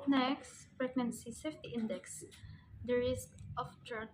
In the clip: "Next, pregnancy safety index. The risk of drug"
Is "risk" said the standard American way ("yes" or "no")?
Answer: yes